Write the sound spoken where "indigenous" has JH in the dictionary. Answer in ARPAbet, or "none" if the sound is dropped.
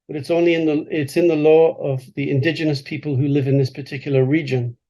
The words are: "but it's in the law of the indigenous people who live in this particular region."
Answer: JH